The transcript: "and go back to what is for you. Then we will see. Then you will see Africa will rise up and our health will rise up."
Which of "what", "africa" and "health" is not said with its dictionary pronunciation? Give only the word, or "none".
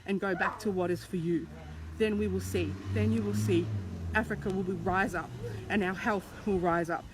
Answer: none